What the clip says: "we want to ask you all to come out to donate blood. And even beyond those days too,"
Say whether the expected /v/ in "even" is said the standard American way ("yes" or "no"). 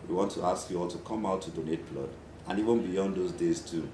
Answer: yes